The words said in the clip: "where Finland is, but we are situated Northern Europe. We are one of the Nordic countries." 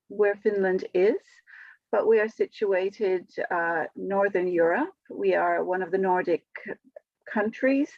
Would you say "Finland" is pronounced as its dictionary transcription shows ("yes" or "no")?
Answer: yes